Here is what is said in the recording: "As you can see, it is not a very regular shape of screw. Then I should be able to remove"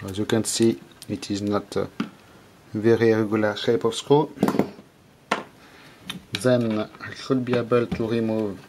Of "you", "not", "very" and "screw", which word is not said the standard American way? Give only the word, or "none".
screw